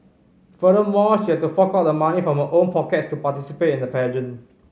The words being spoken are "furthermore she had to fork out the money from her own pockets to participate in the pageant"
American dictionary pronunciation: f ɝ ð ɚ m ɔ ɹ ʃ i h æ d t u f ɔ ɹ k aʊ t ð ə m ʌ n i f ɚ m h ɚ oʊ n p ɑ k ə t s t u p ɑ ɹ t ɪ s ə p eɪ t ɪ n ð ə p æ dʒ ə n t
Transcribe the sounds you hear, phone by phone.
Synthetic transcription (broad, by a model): f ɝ ɚ m ɔ ʃ i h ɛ t u f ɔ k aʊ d ə m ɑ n i f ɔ m h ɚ oʊ n p ɑ k ə t s t u p ɑ t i s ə p eɪ t ɪ n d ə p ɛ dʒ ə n